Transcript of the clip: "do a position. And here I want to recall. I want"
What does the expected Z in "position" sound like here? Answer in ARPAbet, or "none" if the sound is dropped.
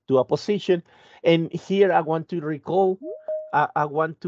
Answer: S